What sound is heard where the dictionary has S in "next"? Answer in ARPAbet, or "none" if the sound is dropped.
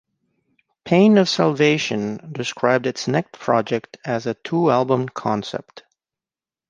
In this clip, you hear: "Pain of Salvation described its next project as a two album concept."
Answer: none